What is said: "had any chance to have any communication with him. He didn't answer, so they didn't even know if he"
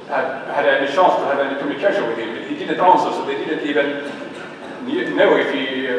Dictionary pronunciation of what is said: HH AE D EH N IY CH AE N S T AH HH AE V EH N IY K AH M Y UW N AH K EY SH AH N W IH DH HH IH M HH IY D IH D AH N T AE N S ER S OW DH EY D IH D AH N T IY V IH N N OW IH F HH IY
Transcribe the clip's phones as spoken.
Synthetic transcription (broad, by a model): HH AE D EH N IY SH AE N S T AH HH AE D EH N IY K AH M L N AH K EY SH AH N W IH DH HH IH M HH IY D IH D AH N T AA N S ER S OW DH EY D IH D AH N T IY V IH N N OW IH F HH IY